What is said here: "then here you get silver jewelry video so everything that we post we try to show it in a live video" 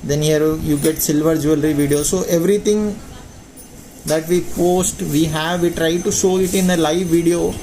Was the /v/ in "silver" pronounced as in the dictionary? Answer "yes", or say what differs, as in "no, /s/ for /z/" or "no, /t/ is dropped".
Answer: yes